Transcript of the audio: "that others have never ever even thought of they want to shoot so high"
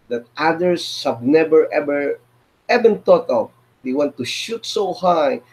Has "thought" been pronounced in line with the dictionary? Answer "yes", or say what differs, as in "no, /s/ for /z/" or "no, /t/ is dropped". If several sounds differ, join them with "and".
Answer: no, /t/ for /θ/